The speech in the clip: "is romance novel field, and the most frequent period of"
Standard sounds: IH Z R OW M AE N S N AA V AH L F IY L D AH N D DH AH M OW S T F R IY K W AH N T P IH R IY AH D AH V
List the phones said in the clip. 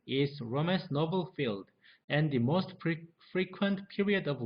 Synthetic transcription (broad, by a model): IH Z R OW M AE S N AA V AH L F IY L D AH N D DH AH M OW S T F R IY K W AH N T P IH R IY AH D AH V